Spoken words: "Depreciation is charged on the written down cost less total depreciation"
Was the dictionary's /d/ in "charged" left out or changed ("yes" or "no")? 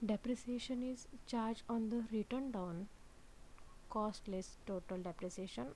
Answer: yes